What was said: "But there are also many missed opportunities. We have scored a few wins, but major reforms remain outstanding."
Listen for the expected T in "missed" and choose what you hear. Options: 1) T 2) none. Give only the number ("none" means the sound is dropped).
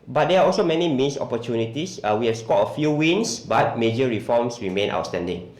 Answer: 2